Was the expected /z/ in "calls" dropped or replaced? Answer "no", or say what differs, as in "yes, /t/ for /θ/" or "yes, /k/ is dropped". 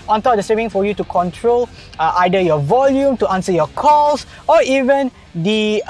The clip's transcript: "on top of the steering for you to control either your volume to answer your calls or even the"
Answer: yes, /s/ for /z/